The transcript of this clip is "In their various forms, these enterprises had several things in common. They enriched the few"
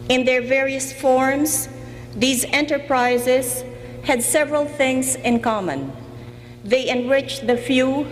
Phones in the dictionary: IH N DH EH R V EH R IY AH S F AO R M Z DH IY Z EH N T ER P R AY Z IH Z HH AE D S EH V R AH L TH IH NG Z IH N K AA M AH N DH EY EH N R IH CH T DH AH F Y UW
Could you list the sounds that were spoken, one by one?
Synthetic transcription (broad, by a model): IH N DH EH R V EH R IY AH S F AO R M Z DH IY Z EH N T ER P R AY Z IH Z HH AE D S EH V R AH L TH IH NG Z IH N K AA M AH N DH EY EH N R IH CH DH AH F Y UW